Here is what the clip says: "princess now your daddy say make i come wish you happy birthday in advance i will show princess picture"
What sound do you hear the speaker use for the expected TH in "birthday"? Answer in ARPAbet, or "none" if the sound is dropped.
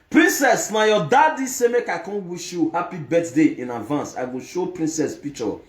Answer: T